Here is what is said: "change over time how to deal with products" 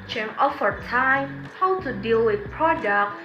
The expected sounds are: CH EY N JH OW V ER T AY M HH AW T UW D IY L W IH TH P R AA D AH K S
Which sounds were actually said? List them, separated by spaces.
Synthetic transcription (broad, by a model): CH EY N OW F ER T AY M HH AW T UW D IY L W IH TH P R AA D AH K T